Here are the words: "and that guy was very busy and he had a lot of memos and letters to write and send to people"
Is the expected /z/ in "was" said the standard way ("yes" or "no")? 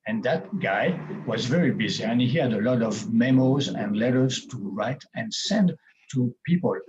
yes